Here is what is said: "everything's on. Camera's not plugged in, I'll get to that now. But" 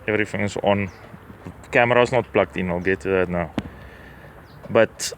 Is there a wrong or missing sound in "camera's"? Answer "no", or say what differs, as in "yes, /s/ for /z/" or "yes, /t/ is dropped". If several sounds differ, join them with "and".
yes, /s/ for /z/